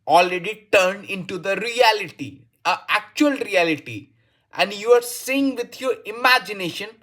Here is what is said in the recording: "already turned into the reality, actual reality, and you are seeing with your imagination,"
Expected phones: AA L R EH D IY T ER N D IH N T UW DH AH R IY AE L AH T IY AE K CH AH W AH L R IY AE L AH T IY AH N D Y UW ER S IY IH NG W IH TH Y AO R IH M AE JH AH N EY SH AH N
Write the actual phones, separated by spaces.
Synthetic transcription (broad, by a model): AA L R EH D IY T ER N D IH N T UW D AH R IY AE L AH T IY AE K CH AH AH L R IY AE L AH T IY AH N D Y UW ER S IY IH NG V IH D Y AO R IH M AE JH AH N EY SH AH N